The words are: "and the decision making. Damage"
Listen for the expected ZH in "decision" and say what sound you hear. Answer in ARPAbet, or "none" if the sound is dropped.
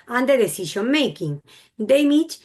SH